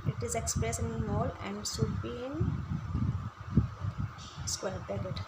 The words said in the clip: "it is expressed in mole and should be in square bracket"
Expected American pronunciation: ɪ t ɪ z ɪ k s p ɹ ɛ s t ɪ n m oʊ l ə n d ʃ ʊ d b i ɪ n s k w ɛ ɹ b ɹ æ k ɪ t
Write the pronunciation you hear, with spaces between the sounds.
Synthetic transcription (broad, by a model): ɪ t ɪ z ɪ k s p ɹ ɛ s ɪ n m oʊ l ə n d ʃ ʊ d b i ɪ n s k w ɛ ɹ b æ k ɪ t